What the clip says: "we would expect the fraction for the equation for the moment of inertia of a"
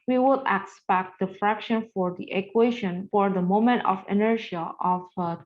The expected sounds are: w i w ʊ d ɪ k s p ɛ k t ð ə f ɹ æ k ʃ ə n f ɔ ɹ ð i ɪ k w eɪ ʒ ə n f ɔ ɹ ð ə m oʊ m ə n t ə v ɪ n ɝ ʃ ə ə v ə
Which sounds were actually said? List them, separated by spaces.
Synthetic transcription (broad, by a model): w i w ʊ d ɪ k s p ɛ k t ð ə f ɹ æ k ʃ ə n f ɔ ɹ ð i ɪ k w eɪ ʃ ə n f ɔ ɹ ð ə m oʊ m ə n t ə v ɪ n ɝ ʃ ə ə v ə